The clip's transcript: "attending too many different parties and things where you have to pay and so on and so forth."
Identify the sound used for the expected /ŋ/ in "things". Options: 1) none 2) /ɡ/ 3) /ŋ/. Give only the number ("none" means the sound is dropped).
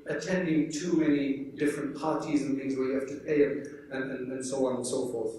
3